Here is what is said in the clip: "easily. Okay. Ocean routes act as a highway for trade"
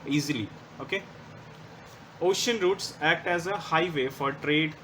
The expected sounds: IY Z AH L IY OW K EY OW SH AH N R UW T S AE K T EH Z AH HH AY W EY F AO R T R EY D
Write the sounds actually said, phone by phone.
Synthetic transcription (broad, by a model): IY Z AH L IY OW K EY OW SH AH N R UW T S AE K T EH Z AH HH AY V EY F AO R T R EY D